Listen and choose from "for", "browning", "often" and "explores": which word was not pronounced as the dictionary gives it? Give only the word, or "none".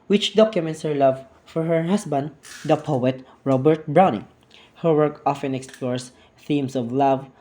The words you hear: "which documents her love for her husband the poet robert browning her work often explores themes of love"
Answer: explores